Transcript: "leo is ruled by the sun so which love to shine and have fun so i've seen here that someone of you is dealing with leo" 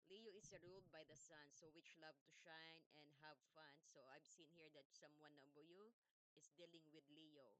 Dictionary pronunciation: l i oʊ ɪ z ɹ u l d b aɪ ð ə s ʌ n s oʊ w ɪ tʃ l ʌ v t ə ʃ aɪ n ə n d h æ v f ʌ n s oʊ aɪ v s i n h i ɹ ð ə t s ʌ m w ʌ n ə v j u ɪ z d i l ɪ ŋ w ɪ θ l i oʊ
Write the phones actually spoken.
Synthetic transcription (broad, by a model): l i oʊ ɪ s ɹ u l d b aɪ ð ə s ʌ n s oʊ w ɪ tʃ l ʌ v t ə ʃ aɪ n ə n d h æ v f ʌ n s oʊ aɪ v s i n h i ɹ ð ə t s ʌ m w ʌ n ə b j u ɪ s d i l ɪ ŋ w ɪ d l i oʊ